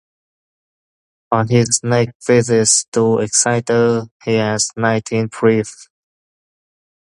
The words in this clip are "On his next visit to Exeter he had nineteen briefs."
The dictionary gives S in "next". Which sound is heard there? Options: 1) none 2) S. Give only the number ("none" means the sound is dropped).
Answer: 1